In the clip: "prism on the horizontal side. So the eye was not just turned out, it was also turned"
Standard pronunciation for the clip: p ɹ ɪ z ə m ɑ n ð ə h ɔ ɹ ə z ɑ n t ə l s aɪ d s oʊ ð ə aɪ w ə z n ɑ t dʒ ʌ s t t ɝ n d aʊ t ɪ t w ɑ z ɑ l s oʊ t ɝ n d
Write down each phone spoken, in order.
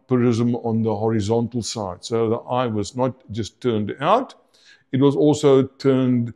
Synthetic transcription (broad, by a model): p ɹ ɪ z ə m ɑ n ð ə h ɔ ɹ ə z ɑ n t ə l s aɪ d s oʊ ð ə aɪ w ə z n ɑ t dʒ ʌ s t t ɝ n d aʊ t ɪ t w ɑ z ɑ l s oʊ t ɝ n d